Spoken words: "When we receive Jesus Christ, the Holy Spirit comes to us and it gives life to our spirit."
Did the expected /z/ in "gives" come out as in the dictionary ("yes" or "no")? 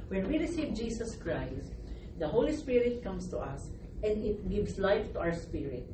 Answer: no